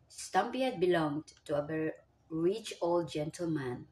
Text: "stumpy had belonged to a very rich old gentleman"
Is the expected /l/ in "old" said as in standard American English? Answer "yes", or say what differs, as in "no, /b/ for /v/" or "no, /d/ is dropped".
yes